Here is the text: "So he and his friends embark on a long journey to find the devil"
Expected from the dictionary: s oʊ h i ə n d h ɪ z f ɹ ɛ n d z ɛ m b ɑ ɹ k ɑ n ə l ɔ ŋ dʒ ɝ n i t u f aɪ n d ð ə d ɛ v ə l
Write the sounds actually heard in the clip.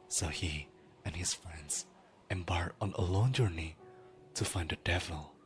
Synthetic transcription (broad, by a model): s oʊ h i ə n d h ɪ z f ɹ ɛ n d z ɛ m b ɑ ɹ ɑ n ə l ɔ ŋ dʒ ɝ n i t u f aɪ n d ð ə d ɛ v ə l